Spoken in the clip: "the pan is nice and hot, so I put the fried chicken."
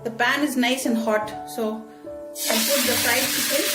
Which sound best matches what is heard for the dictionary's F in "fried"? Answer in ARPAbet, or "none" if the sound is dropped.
P